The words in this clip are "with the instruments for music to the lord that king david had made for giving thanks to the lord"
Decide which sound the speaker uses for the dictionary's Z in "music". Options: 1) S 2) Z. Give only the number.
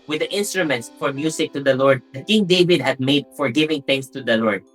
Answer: 1